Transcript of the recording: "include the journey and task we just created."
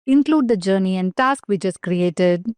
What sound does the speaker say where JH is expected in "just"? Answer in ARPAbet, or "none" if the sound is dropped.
CH